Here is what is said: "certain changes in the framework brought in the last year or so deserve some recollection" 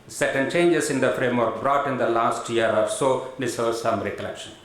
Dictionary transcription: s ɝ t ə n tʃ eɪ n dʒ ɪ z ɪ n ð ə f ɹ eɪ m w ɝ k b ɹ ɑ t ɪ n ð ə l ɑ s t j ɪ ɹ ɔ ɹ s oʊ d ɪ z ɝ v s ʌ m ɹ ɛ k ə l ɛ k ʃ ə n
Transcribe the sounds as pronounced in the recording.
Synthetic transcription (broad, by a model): s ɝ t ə n tʃ eɪ n dʒ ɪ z ɪ n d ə f ɹ eɪ m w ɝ k b ɹ ɑ t ɪ n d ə l ɑ s t j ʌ ɹ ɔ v s oʊ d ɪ s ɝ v s ʌ m ɹ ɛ k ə l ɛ k ʃ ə n